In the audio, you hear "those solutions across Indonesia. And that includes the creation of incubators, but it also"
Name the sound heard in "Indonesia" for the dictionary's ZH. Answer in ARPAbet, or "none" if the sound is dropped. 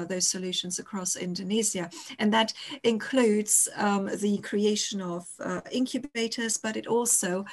Z